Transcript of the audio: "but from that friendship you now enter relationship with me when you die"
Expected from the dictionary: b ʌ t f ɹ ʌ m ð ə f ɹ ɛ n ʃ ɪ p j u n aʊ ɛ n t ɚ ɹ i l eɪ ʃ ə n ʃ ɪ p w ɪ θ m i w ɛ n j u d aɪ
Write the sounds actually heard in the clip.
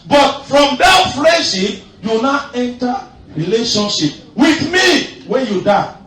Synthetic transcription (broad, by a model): b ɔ t f ɹ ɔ m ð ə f l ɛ ʃ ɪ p j u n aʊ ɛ n t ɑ ɹ i l eɪ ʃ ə n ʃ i p w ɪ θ m i w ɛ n j u d aɪ